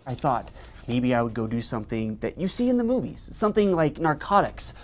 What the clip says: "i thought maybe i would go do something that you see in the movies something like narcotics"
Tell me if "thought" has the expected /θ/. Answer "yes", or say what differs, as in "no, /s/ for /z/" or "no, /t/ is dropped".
yes